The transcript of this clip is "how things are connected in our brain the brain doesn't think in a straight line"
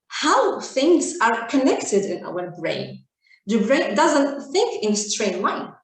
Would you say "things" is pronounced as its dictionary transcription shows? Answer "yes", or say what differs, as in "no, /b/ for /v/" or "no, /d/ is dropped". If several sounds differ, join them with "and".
yes